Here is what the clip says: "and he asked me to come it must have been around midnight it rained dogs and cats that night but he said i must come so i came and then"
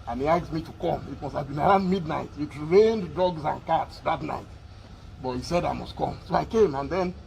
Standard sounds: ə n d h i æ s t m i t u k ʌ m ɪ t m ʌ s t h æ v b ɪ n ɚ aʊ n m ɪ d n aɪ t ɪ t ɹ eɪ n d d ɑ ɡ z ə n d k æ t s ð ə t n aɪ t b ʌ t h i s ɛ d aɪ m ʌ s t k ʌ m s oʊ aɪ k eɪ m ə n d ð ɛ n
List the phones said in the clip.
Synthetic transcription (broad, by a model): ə n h i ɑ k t m i t u k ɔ m ɪ t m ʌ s t h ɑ v b ɪ n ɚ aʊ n m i d n aɪ t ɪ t ɹ eɪ n d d ɑ ɡ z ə n k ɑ t s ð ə t n aɪ t b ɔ t h i s ɛ d aɪ m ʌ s t k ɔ m s oʊ aɪ k eɪ m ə n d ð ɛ n